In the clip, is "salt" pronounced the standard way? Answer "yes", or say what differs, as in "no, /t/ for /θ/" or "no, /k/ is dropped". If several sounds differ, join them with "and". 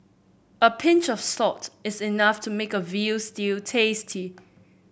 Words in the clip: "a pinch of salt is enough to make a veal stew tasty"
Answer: no, /l/ is dropped